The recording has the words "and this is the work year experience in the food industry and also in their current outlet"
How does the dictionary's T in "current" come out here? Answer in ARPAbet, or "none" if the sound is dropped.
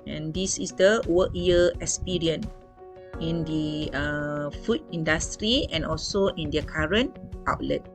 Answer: T